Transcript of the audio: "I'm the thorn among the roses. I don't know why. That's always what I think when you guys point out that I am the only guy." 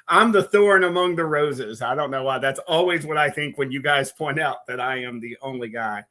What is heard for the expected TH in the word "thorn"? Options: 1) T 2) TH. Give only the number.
2